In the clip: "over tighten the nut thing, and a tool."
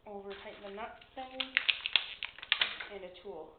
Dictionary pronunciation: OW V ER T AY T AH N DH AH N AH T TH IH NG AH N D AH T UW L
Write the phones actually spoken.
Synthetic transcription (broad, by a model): OW V ER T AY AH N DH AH N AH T S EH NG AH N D AH T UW L